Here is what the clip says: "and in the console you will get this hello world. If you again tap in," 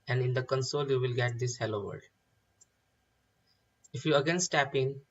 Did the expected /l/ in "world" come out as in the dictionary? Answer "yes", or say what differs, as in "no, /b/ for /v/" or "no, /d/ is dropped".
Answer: no, /l/ is dropped